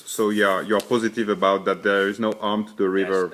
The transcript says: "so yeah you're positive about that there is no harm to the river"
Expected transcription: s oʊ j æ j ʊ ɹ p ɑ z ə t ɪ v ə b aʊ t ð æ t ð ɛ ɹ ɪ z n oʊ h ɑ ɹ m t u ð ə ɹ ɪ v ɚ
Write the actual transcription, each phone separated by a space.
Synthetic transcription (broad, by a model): s oʊ j æ j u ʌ p ɑ z ə t ɪ v ə b aʊ t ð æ t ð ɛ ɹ ɪ z n oʊ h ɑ ɹ m t u ð ə ɹ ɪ v ɚ